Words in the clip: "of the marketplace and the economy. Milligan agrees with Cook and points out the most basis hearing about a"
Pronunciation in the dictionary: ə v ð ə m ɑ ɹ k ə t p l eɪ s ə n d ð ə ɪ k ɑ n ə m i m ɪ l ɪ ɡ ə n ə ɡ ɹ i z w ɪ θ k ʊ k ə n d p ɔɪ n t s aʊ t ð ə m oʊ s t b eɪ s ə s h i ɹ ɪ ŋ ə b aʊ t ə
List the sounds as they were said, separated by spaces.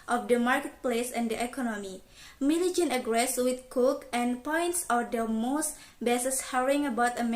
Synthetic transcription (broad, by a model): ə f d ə m ɑ ɹ k ə t p l eɪ s ə n d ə ɪ k ɑ n ə m i m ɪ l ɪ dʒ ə n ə ɡ ɹ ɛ s w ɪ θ k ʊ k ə n p ɔɪ n t s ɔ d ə m oʊ s t b eɪ s ə s h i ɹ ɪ ŋ ə b aʊ t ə